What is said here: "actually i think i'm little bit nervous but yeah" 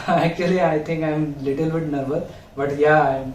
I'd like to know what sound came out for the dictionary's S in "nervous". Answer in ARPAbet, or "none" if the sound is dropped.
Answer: none